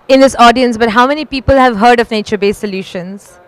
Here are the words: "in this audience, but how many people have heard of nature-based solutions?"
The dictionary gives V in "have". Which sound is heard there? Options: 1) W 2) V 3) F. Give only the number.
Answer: 2